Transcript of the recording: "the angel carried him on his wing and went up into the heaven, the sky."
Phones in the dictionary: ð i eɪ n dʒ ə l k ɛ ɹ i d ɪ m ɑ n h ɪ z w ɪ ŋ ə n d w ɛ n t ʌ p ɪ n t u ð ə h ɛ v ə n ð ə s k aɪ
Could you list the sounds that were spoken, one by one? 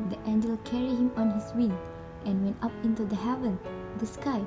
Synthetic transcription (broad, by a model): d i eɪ n dʒ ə l k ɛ ɹ i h ɪ m ɑ n h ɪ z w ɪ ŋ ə n w ɛ n t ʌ p ɪ n t u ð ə h ɛ v ə n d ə s k aɪ